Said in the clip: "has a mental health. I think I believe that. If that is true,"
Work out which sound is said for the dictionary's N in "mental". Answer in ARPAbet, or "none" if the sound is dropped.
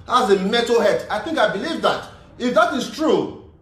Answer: none